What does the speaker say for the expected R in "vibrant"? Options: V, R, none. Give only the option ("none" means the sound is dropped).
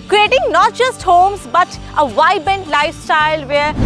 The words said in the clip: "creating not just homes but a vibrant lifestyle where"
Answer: none